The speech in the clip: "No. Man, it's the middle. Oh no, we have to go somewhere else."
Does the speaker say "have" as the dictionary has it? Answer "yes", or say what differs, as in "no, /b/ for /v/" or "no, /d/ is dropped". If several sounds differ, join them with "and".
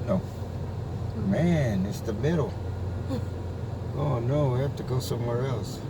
no, /f/ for /v/